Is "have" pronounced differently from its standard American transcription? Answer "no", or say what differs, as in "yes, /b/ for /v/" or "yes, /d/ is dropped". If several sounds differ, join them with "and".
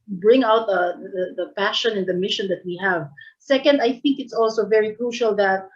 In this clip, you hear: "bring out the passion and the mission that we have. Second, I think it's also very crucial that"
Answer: no